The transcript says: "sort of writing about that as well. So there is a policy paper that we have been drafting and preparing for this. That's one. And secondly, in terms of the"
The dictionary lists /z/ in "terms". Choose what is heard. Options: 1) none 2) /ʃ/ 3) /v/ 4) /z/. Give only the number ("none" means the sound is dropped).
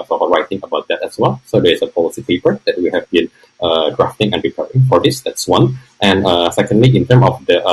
1